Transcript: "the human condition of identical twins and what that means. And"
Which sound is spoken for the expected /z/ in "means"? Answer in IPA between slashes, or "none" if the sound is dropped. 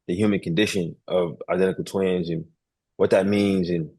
/z/